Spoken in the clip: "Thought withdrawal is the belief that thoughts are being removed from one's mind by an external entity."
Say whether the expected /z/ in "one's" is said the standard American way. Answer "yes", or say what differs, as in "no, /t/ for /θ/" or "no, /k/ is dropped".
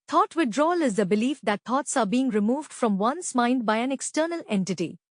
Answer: no, /s/ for /z/